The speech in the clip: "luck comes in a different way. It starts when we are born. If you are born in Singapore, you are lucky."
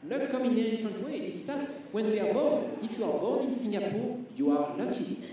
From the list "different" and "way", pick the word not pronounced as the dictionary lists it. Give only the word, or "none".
different